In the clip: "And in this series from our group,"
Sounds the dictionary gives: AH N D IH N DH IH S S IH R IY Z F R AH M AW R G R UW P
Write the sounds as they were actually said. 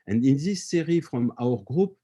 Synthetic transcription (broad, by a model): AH N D IH N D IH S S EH R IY F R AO M AW R G R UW P